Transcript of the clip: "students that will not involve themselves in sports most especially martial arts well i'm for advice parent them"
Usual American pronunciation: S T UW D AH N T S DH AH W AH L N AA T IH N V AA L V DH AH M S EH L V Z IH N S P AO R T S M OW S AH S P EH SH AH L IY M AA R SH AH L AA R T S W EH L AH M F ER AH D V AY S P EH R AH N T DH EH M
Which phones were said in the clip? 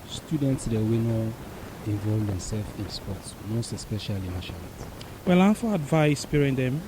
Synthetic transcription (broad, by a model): S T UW D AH N T S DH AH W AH N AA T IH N V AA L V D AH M S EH L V IH N S P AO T S M OW S AH S P EH SH AH L IY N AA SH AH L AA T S W EH L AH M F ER AH D V AY S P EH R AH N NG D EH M